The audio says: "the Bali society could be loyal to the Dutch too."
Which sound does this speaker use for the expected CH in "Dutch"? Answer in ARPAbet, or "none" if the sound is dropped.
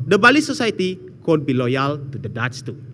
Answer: S